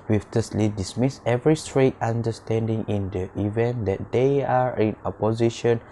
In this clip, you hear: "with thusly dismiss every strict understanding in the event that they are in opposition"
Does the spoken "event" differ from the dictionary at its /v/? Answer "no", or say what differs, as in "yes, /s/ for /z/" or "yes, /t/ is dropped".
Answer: no